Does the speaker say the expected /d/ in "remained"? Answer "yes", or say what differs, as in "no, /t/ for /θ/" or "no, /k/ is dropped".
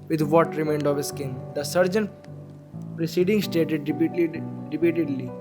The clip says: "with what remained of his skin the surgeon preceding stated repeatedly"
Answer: yes